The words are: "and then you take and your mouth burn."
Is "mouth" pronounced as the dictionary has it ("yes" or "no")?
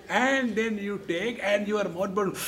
no